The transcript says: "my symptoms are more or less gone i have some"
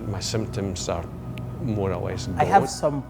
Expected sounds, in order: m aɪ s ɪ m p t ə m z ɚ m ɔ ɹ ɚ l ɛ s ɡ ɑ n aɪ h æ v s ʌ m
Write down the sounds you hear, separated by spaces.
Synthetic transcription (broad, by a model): m aɪ s ɪ m p t ə m z ɚ m ɔ ɹ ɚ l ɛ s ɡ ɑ ɪ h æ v s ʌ m